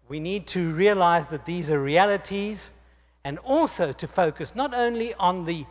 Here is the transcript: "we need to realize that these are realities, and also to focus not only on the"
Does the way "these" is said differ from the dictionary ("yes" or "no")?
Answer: no